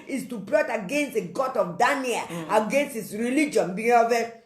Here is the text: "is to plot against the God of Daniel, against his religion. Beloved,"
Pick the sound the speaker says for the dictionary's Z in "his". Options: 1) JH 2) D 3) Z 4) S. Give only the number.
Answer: 4